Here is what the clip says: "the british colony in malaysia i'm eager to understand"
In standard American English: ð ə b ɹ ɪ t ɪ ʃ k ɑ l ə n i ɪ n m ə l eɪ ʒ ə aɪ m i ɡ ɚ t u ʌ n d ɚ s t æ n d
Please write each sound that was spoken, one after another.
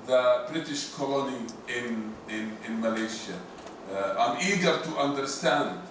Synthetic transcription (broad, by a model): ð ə b ɹ ɪ t ɪ ʃ k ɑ l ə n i ɪ n m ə l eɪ ʃ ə aɪ m i ɡ ɚ t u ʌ n d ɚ s t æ n d